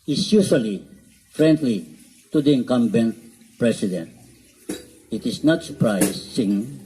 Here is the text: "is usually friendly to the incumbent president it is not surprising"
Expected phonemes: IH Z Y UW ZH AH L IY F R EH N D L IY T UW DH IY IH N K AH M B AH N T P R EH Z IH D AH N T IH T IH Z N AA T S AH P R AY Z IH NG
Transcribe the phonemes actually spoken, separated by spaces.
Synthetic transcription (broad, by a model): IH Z Y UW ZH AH L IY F R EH N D L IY T UW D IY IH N K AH M B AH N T P R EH S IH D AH N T IH T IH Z N AA T S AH P R AY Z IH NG